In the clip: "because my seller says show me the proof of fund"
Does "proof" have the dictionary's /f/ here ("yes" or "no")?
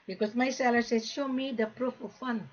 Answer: yes